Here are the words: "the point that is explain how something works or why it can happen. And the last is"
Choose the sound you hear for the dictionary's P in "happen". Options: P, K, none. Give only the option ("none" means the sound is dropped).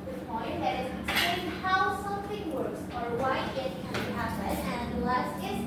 none